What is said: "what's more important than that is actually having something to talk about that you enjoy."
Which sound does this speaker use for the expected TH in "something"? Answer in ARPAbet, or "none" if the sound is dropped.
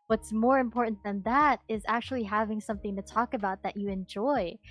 TH